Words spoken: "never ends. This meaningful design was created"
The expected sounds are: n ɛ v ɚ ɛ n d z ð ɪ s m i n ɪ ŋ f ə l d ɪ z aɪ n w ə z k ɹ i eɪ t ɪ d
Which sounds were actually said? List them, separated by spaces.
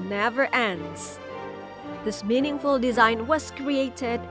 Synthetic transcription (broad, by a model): n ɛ v ɚ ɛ n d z ð ɪ s m i n ɪ ŋ f ə l d ɪ z aɪ n w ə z k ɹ i eɪ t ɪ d